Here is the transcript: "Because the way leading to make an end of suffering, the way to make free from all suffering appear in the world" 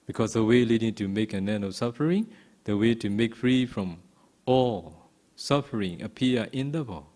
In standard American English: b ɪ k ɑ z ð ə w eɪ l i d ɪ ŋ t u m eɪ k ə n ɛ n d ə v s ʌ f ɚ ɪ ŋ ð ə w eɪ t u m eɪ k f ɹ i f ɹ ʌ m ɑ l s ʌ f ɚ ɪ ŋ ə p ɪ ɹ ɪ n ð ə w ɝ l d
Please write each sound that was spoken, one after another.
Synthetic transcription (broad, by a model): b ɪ k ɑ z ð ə w eɪ l i d ɪ ŋ t u m eɪ k ə n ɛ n ə s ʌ f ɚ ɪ ŋ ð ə w eɪ t u m eɪ k f ɹ i f ɹ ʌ m ɑ l s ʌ f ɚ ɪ ŋ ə p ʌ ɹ ɪ n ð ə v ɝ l